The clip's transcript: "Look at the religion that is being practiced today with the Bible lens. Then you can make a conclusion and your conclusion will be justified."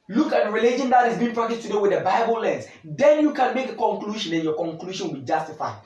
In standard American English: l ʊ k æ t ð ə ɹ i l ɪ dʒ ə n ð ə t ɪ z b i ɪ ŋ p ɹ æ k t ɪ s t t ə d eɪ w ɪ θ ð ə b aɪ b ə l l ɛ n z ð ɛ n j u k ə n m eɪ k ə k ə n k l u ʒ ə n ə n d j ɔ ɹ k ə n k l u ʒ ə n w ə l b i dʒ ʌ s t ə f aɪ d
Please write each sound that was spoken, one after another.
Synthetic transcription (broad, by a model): l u k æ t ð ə ɹ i l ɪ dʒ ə n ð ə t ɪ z b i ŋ p ɹ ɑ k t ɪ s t t ə d eɪ w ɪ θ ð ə b aɪ b ə l l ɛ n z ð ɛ n j u k ə n m eɪ k ə k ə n k l u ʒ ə n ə n j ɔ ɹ k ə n k l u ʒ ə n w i dʒ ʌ s t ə f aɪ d